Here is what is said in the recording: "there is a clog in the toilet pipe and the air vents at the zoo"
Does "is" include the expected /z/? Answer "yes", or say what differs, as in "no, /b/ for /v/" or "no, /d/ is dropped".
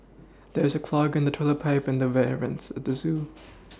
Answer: yes